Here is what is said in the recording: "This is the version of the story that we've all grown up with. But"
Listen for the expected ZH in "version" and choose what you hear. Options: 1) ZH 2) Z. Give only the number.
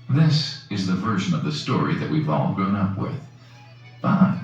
1